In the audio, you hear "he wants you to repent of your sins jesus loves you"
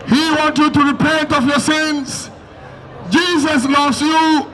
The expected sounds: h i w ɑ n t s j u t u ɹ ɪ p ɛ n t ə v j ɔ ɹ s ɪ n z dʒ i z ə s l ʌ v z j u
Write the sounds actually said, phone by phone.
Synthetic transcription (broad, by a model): h i w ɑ n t j u t u ɹ ɪ p ɛ n t ə v j ɔ ɹ s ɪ n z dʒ i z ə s l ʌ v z j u